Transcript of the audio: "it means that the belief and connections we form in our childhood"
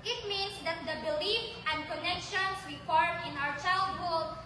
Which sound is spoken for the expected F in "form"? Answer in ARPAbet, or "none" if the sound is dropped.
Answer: P